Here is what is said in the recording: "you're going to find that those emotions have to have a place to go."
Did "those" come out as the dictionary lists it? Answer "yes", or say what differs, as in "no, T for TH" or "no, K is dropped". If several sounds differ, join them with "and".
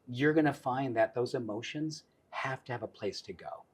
yes